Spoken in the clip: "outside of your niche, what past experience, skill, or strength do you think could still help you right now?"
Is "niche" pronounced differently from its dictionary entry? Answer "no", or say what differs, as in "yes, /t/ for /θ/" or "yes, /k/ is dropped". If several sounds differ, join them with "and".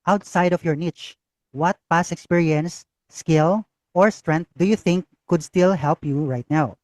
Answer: no